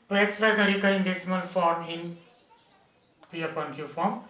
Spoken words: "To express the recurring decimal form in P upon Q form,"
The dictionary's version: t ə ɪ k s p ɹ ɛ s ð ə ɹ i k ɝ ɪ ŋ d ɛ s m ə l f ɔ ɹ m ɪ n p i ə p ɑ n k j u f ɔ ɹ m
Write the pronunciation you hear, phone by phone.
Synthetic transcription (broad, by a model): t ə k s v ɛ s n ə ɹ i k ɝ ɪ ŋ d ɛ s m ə n f ɔ ɹ m ɪ n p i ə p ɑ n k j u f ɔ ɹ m